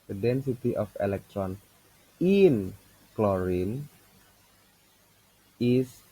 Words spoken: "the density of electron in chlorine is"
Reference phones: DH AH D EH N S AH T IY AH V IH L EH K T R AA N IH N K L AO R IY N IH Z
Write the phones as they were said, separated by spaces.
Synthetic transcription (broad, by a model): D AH D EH N S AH T IY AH F IH L EH K T R AA N IH N K L AO R IY N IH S